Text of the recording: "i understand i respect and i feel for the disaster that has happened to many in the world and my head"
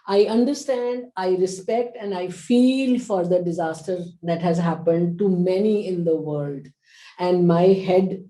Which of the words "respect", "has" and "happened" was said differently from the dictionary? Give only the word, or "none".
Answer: none